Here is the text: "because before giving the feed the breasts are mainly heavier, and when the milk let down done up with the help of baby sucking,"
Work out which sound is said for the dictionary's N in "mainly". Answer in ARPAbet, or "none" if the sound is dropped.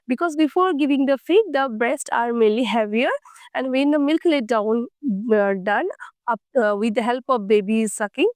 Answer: none